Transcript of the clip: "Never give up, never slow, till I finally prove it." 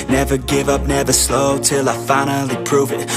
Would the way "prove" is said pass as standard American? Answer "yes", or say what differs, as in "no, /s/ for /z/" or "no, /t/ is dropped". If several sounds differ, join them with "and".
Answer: yes